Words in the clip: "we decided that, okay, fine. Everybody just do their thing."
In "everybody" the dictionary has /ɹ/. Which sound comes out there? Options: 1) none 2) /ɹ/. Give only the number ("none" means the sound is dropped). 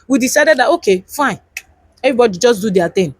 1